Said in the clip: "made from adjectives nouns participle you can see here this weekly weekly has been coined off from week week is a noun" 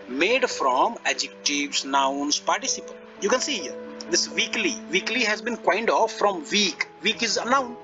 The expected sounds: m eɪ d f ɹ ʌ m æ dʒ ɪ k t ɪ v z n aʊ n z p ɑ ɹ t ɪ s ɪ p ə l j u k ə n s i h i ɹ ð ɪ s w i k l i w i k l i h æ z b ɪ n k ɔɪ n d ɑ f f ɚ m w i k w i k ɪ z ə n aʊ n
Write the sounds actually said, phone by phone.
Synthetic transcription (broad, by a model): m eɪ d f ɹ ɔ m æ dʒ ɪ k t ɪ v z n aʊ n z p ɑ ɹ t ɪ s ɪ p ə n j u k ə n s i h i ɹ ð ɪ s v i k l i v i k l i h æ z b ɪ n k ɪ n d ɑ f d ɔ m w i k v i k ɪ z ə n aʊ n